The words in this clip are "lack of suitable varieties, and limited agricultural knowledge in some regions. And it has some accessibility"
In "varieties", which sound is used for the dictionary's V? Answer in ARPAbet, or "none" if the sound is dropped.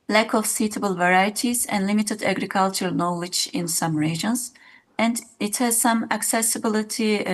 V